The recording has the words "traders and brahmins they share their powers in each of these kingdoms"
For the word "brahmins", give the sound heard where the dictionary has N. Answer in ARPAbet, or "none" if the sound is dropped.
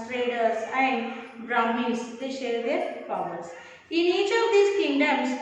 none